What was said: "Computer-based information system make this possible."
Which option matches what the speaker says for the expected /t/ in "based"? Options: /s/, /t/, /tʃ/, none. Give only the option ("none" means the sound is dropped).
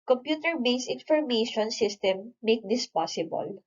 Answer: none